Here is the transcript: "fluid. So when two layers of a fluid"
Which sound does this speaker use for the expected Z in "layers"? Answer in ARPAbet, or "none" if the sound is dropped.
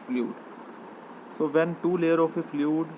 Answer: none